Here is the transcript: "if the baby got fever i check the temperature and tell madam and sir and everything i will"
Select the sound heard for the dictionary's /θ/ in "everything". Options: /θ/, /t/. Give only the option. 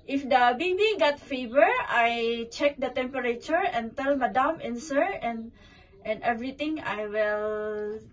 /t/